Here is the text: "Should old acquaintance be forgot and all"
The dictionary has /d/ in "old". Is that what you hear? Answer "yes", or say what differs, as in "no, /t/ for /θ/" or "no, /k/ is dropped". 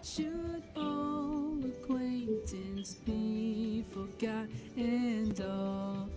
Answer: no, /d/ is dropped